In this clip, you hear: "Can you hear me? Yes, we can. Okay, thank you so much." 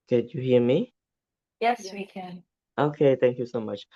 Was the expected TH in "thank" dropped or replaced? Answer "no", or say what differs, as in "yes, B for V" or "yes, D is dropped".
yes, T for TH